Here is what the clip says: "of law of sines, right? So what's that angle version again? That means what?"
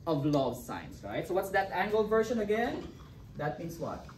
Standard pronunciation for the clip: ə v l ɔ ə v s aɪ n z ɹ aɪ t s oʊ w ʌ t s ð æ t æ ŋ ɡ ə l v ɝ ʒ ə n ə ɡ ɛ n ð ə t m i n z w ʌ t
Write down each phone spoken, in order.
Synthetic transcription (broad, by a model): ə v l ɔ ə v s aɪ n s ɹ aɪ t s oʊ w ʌ t s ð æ t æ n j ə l v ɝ ʃ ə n ə ɡ ɛ n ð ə t m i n s w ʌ t